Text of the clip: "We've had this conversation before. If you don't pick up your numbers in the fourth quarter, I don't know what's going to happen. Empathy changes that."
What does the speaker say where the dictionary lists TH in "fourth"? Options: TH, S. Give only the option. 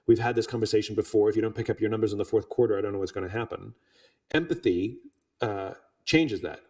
TH